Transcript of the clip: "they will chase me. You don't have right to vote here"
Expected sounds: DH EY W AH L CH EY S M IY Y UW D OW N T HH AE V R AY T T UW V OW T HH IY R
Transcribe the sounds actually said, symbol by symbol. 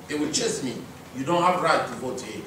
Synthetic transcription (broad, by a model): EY W AH L CH EY S M IY Y UW D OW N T HH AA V R AY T T UW V OW T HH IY